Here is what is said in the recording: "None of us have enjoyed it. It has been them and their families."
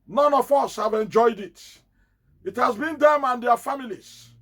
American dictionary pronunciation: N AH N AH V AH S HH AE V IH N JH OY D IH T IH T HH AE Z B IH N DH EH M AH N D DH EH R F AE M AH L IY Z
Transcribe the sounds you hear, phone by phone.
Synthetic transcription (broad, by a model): N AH N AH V AH S HH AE V IH N JH OY D IH T IH T HH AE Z B IH N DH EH M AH N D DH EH F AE M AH L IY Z